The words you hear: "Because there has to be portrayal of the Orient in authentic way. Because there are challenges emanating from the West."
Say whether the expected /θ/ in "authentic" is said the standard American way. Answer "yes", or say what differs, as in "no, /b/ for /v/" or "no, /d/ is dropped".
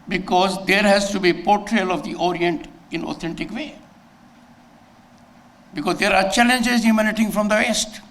no, /t/ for /θ/